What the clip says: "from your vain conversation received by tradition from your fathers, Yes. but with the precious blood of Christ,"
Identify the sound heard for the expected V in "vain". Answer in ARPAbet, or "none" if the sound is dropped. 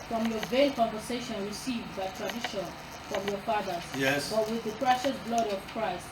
V